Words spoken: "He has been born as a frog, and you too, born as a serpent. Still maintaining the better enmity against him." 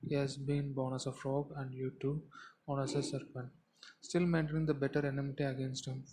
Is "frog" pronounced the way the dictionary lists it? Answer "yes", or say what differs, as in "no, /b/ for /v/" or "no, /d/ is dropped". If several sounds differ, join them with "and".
yes